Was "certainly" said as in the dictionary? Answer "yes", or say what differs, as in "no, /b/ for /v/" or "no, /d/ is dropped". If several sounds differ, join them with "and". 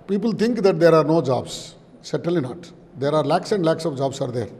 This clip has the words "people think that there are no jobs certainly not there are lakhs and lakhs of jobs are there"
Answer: no, /n/ is dropped